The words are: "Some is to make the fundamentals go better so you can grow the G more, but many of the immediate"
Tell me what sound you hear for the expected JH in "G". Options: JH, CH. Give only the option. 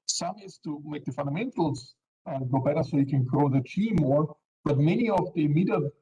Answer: CH